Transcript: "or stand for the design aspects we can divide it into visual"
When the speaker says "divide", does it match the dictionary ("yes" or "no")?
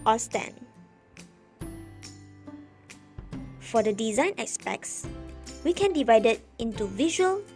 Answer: yes